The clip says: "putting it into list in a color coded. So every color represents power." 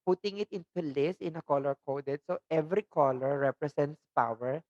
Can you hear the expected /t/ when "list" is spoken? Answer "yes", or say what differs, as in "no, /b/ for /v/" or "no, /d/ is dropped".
no, /t/ is dropped